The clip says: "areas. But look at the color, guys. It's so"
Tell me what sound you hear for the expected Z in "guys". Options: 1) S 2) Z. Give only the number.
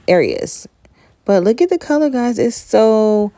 2